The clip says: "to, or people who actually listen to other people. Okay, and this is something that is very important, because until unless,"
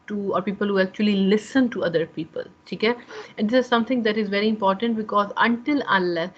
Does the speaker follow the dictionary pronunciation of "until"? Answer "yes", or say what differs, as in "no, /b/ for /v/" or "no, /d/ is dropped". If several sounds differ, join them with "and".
yes